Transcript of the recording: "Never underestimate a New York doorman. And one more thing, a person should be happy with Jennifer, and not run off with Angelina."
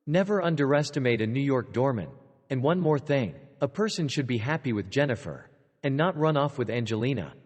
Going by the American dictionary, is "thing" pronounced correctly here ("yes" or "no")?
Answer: yes